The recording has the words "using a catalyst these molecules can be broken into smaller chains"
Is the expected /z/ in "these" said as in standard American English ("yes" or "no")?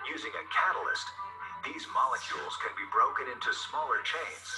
yes